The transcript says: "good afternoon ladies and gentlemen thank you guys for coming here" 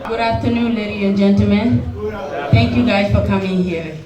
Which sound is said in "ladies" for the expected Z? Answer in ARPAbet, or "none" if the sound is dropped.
none